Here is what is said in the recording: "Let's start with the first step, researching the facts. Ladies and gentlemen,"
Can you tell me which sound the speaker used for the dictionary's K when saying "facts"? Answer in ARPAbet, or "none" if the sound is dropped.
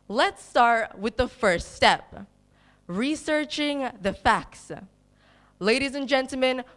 K